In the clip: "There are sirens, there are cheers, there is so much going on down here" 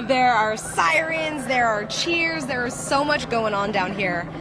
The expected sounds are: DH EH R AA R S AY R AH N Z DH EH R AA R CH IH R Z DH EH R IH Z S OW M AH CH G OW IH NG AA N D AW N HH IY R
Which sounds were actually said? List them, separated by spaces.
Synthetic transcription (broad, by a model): DH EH R AA R S AY R AH N Z DH EH R AA R CH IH R Z DH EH R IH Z S OW M AH CH G OW IH NG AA N D AW N HH IY R